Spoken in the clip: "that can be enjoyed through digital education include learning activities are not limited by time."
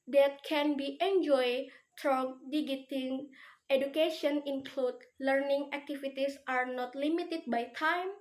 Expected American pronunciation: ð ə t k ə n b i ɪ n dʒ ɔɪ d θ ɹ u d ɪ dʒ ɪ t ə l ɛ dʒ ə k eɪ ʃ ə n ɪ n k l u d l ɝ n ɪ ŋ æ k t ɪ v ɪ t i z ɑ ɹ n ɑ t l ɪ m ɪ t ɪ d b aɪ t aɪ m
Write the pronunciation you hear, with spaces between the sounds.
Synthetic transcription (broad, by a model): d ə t k ə n b i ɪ n dʒ ɔɪ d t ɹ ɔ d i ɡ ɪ t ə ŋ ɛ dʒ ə k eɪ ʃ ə n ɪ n k l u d l ɝ n ɪ ŋ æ k t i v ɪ t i s ɑ ɹ n ɑ t l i m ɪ t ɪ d b aɪ t aɪ m